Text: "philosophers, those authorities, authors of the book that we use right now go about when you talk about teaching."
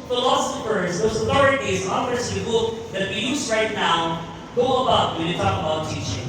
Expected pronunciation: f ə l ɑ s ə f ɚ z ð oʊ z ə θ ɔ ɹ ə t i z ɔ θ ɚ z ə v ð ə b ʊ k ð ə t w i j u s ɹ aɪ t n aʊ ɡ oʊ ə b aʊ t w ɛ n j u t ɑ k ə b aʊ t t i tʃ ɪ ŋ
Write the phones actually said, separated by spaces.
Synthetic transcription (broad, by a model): f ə l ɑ s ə f ɚ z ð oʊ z ə θ ɔ ɹ ə t i z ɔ f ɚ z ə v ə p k ð ə t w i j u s ɹ aɪ t n aʊ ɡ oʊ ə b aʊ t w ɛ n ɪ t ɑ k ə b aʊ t t i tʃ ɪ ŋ